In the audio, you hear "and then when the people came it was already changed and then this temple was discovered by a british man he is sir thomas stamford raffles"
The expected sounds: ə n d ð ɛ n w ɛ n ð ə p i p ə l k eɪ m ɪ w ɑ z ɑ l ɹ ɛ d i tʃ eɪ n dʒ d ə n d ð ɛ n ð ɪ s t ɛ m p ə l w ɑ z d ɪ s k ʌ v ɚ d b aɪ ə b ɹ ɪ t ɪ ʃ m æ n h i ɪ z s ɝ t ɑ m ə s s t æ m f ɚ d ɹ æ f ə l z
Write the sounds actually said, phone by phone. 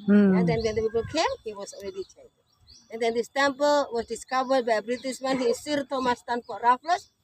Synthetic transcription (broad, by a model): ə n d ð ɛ n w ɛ n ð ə p i p ə l k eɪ m ɪ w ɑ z ɑ l ɹ ɛ d i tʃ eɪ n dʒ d ə n d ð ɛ n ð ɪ s t ɛ m p ə l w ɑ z d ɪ s k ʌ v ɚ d b aɪ ə b ɹ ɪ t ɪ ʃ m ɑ n h i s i t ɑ m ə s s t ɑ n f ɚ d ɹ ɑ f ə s